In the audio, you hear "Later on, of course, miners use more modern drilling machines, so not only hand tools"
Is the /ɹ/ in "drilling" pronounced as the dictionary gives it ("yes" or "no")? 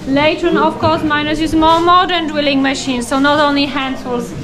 no